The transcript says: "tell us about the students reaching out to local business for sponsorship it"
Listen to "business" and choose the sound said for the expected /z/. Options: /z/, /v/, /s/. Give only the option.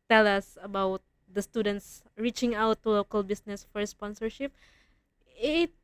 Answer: /s/